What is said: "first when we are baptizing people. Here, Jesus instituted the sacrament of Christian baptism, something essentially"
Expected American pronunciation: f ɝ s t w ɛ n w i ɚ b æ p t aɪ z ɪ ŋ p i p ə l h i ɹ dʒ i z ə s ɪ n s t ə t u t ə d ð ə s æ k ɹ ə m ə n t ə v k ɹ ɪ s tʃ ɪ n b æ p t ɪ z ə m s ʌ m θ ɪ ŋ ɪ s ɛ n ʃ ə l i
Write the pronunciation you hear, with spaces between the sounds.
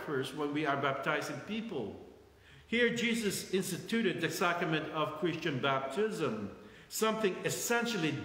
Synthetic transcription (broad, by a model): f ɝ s w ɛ n w i ɚ b æ p t aɪ z ɪ ŋ p i p ə l h i ɹ dʒ i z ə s ɪ n s t ə t u t ə d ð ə s æ k ɹ ə m ə n t ə v k ɹ ɪ s tʃ ɪ n b æ p t ɪ z ə m s ʌ m θ ɪ ŋ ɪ s ɛ n ʃ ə l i